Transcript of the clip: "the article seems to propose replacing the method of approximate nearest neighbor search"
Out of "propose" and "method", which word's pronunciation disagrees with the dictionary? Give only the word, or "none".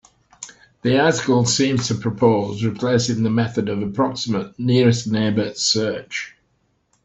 none